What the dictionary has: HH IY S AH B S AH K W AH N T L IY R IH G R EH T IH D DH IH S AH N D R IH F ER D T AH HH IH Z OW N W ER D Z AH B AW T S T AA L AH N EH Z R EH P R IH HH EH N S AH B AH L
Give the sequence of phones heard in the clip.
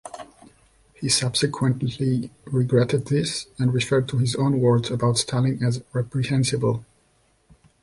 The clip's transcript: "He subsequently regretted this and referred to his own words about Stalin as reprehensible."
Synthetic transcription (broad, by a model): HH IY S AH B S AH K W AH N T L IY R IH G R EH T IH D DH IH S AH N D R IH F ER D T AH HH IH Z OW N W ER D Z AH B AW T S T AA L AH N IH Z R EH P R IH HH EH N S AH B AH L